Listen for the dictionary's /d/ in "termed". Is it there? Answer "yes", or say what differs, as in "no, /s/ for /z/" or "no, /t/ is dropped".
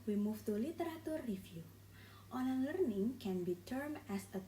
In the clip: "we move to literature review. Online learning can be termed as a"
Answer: no, /d/ is dropped